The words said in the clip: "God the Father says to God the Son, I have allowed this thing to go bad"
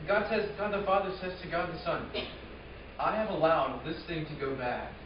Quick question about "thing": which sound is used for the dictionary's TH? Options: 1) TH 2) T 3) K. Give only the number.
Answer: 1